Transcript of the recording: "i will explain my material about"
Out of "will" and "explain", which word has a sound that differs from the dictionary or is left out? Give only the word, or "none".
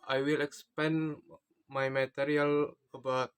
explain